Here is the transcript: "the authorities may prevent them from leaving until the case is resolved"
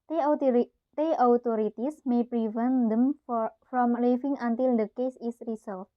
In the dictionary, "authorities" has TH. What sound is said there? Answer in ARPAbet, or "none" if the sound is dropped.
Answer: T